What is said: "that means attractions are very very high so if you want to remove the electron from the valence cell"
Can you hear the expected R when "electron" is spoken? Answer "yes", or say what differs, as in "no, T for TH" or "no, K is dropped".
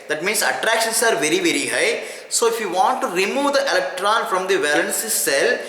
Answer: yes